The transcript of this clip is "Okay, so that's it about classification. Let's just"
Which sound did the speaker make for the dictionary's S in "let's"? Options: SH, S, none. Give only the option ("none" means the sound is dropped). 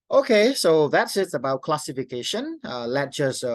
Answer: none